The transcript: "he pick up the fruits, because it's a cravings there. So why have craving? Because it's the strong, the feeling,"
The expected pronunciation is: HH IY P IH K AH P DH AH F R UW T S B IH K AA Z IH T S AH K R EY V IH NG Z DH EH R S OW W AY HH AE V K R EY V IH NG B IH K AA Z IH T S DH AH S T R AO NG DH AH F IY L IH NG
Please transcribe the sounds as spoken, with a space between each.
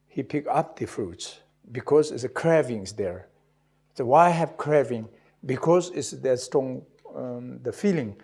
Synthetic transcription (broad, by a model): HH IY P IH K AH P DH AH F R UW T S B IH K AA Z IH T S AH K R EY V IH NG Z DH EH R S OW W AY HH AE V K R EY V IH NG B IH K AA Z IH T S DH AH S T AO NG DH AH F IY L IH NG